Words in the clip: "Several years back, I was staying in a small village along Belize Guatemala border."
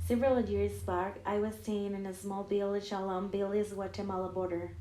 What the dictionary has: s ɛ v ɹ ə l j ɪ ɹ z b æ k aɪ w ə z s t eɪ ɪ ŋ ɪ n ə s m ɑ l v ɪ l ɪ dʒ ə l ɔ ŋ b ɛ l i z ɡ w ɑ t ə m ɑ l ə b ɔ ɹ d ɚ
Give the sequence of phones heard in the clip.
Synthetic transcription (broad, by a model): s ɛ v ɹ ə l j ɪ ɹ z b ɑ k aɪ w ə z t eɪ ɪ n ɪ n ə s m ɑ l b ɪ l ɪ ʃ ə l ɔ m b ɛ l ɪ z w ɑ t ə m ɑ l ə b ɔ ɹ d ɚ